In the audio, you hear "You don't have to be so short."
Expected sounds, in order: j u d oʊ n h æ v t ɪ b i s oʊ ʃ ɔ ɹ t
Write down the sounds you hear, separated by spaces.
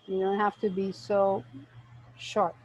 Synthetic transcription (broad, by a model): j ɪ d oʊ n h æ f t ɪ b i s oʊ ʃ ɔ ɹ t